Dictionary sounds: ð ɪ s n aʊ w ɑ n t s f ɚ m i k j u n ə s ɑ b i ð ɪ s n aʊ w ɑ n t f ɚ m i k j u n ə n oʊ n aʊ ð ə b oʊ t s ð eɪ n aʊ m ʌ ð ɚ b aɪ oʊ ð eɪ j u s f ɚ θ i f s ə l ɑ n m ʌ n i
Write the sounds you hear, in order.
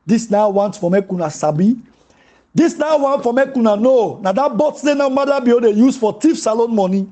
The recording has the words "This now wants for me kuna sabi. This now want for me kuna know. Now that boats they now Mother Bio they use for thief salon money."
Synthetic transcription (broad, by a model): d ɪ s n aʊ w ɑ n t f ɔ m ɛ k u n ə s ɑ b i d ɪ s n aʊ w ɑ n t f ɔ m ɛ k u n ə n oʊ n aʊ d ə b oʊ t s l eɪ n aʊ m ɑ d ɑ b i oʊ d eɪ j u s f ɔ t i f s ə l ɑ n m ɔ n i